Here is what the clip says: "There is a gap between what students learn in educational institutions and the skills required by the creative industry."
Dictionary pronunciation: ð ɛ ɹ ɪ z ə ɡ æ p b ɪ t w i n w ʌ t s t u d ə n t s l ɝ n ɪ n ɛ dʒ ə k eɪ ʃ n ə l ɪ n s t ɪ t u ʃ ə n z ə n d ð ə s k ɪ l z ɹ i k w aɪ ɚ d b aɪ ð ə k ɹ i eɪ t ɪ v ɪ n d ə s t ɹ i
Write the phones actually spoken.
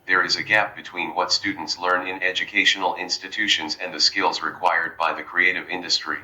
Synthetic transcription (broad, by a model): ð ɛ ɹ ɪ z ə ɡ æ p b ɪ t w i n w ʌ t s t u d n t s l ɝ n ɪ n ɛ dʒ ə k eɪ ʃ n l ɪ n s t ɪ t u ʃ ə n z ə n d ð ə s k ɪ l z ɹ i k w aɪ ɚ d b aɪ ð ə k ɹ i eɪ t ɪ v ɪ n d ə s t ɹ i